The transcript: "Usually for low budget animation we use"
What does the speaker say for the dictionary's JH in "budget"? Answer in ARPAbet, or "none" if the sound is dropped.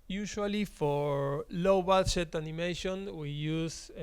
SH